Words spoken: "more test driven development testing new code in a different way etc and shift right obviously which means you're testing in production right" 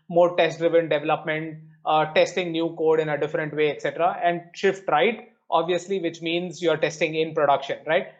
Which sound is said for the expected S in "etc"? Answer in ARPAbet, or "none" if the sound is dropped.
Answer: S